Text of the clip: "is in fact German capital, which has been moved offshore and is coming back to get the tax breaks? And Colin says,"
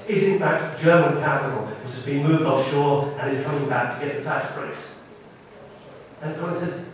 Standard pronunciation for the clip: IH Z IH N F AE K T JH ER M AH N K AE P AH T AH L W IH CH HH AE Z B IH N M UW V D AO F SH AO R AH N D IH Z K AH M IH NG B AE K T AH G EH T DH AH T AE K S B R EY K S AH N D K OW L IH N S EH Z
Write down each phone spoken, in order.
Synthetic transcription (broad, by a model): IH Z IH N F AE K T JH ER M AH N K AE P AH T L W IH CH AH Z B IH N M UW V D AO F SH AO R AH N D IH Z K AH M IH NG B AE K T AH G EH T DH AH T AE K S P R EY S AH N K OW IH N S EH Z